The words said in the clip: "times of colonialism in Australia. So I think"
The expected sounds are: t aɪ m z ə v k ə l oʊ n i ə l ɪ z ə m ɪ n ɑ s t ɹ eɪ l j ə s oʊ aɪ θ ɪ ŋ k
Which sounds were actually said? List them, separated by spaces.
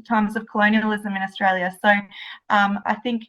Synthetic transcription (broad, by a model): t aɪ m z ə v k ə l oʊ n i ə l ɪ z ə m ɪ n ɑ s t ɹ eɪ l j ə s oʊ aɪ θ ɪ ŋ k